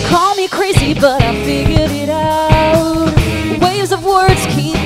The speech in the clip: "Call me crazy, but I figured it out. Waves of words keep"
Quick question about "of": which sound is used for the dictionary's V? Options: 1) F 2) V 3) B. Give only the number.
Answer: 2